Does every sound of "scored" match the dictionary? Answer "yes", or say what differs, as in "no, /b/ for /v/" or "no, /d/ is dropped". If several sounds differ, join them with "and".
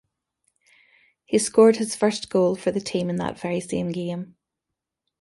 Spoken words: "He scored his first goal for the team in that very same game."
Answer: yes